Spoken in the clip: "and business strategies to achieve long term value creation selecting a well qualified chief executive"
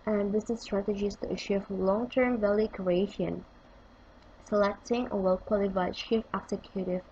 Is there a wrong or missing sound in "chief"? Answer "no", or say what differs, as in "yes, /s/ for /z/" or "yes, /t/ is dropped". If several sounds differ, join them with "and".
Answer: yes, /ʃ/ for /tʃ/